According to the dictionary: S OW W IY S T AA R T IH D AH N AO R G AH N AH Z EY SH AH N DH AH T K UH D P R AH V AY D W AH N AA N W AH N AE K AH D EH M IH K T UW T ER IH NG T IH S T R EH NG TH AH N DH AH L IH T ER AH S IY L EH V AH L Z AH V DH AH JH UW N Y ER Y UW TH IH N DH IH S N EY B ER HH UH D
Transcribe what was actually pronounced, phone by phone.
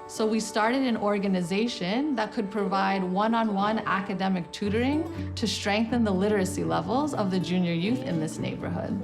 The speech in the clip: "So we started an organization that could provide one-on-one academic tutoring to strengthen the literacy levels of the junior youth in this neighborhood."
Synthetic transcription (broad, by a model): S OW W IY S T AA R T IH D AH N AO R G AH N AH Z EY SH AH N DH AH T K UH D P R AH V AY D W AH N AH N W AH N AE K AH D EH M IH K T UW T ER IH NG T IH S T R EH NG TH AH N DH AH L IH T ER AH S IY L EH V L Z AH V DH AH JH UW N Y ER Y UW TH IH N DH IH S N EY B ER HH UH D